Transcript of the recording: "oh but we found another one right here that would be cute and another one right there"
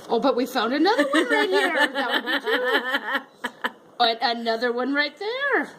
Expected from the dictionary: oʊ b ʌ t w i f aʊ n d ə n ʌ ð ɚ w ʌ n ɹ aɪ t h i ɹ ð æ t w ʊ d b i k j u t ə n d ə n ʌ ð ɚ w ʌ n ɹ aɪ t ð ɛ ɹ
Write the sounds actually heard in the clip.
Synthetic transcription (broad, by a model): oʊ b ʌ t w i f aʊ n d ə n ʌ ð ɚ w ʌ n ɹ aɪ t h i ɹ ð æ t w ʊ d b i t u ə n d ə n ʌ ð ɚ w ʌ n ɹ aɪ t ð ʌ ɹ